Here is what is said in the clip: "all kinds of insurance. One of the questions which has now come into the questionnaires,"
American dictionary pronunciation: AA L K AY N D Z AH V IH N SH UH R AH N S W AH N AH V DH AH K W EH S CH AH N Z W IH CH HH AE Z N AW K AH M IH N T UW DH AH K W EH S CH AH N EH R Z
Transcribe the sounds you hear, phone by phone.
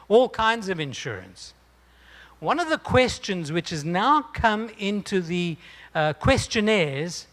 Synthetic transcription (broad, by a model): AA L K AY N D Z AH V IH N SH UH R AH N S W AH N AH V DH AH K W EH S CH AH N Z W IH CH HH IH Z N AW K AH M IH N T UW DH AH K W EH S CH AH N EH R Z